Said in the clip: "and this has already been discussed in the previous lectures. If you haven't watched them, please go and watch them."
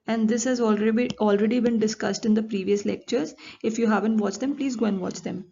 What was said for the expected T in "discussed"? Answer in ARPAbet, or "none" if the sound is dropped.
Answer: T